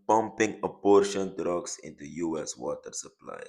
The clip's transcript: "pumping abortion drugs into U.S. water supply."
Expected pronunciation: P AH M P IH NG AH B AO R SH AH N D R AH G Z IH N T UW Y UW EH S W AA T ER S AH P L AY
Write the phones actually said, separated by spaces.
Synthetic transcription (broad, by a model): P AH M P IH NG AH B AO R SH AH N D R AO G S IH N T UW Y UW EH S W AA T ER S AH P L AY